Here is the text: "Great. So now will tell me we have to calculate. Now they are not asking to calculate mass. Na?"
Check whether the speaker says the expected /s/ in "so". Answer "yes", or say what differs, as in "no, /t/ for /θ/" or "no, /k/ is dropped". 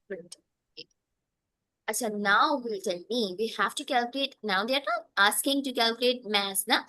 no, /ʃ/ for /s/